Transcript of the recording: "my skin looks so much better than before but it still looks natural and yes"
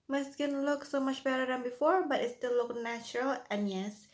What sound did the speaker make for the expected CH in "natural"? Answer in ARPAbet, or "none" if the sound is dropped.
CH